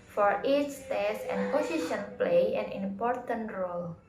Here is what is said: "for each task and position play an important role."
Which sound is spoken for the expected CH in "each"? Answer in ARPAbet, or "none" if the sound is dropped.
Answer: S